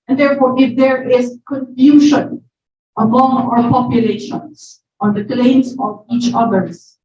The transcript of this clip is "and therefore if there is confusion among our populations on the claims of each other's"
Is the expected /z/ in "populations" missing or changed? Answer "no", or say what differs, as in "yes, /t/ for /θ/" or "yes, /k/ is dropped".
yes, /s/ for /z/